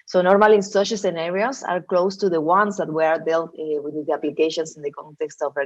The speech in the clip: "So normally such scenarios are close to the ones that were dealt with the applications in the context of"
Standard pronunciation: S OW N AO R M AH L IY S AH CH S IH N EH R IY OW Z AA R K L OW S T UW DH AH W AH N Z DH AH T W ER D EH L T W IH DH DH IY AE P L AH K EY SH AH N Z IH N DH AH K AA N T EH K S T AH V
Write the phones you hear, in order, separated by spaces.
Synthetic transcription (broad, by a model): S OW N AO R M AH L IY S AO SH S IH N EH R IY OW S AA R K L OW S T UW DH AH W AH N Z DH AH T W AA D EH L T W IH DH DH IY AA P L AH K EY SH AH N S IH N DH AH K AA N T EH K S T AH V